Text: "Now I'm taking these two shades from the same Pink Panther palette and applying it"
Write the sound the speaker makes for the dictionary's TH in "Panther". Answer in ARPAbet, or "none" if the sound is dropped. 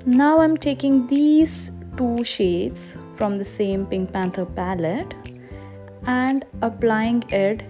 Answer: T